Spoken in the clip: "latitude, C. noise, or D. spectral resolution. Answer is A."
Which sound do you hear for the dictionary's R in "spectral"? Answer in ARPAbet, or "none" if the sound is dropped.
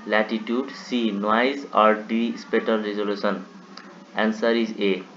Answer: none